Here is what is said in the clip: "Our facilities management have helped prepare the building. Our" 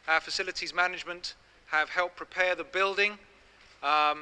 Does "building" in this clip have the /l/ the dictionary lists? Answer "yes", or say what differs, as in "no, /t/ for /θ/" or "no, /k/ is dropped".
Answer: yes